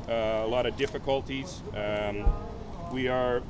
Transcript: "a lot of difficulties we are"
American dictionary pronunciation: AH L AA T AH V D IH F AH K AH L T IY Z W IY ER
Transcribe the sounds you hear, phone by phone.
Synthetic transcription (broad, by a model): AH L AA T AH V D IH F AH K AH L T IY Z W IY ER